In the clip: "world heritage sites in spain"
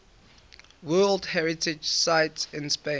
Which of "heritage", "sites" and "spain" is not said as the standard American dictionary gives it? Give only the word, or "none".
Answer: spain